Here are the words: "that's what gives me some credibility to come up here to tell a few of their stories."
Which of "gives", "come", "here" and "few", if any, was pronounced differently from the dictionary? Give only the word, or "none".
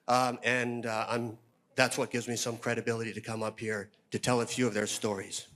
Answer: none